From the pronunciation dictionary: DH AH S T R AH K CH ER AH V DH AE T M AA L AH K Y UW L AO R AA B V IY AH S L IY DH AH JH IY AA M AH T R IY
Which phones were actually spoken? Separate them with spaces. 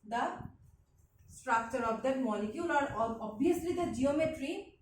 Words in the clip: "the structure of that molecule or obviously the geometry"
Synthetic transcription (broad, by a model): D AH S T R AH K CH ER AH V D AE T M AA L AH K Y UW L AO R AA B IY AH S L IY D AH JH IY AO M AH T R IY